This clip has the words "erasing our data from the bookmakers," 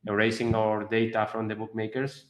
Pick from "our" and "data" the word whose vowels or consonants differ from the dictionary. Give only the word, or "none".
none